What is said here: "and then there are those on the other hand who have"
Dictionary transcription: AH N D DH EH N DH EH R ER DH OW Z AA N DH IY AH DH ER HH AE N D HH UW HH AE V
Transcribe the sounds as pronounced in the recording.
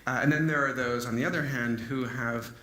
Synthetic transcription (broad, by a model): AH N DH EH N DH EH R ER DH OW Z N DH IY AH DH ER HH AE N D HH UW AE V